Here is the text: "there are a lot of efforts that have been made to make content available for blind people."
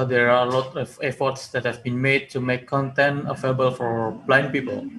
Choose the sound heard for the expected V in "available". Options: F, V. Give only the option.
F